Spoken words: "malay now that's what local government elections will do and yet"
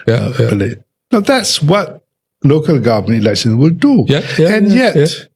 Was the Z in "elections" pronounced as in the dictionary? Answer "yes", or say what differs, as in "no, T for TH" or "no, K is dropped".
no, Z is dropped